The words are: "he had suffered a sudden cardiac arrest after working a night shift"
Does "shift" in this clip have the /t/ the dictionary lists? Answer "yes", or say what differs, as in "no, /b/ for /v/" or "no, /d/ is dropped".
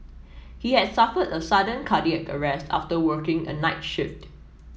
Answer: yes